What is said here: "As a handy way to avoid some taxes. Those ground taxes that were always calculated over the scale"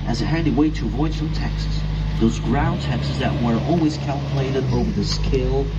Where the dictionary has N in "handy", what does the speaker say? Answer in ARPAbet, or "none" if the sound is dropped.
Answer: none